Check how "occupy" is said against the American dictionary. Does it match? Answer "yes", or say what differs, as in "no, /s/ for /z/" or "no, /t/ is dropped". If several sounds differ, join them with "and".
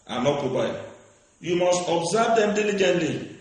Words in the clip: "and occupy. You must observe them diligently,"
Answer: no, /b/ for /p/